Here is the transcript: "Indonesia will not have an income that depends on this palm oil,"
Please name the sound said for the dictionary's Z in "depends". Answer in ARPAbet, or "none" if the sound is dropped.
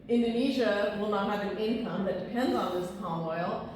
Z